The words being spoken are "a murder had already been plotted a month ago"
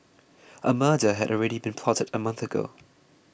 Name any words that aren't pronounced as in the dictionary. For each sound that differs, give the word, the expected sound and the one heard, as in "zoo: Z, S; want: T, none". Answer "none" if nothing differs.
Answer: none